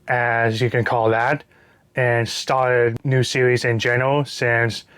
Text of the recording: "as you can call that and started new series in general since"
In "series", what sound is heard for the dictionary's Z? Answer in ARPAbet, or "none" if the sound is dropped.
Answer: Z